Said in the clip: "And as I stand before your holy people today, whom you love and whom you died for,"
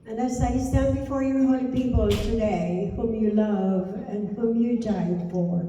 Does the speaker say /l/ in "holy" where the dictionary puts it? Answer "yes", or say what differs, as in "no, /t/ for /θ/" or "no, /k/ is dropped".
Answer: no, /l/ is dropped